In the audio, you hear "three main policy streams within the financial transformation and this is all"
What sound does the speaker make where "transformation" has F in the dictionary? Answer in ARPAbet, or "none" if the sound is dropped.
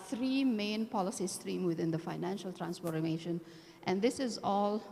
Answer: P